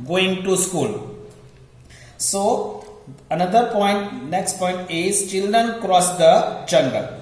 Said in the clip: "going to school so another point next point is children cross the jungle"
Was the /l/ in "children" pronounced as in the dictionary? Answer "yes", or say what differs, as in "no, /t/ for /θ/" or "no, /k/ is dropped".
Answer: yes